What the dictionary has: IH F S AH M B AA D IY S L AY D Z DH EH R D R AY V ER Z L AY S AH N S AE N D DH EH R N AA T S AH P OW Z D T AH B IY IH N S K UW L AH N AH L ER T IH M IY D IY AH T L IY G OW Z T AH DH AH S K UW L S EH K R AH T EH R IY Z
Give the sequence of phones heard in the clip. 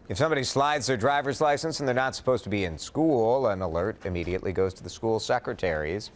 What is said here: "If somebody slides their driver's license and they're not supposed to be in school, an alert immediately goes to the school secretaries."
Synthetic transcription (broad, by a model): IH F S AH M B AA D IY S L AY D Z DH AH R D R AY V ER Z L AY S AH N S N DH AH R N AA T S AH P OW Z T AH B IY IH N S K UW L AH N AH L ER T IH M IY D IY AH T L IY G OW Z T AH DH AH S K UW L S EH K R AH T EH R IY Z